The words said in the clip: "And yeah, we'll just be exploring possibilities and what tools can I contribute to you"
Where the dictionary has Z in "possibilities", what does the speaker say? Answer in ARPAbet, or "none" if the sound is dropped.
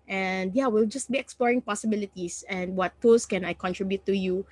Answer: S